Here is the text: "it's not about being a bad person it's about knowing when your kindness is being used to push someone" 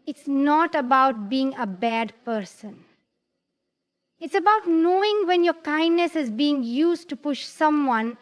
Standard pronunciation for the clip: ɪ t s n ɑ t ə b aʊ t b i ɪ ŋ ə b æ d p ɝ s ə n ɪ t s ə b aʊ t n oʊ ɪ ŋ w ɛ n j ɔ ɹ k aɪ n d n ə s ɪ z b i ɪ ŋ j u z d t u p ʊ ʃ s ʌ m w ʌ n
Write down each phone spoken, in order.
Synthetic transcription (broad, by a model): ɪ t s n ɑ t ə b aʊ t b i ɪ ŋ ə b æ d p ɝ s ə n ɪ t s ə b aʊ t n oʊ ɪ ŋ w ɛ n j ɔ ɹ k aɪ n d n ə s ɪ z b i ɪ ŋ j u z t u p ʊ ʃ s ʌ m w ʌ n